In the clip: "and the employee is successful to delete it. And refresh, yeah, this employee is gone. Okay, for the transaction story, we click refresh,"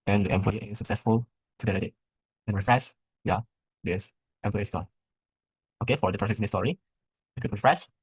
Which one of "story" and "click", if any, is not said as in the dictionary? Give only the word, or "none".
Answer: click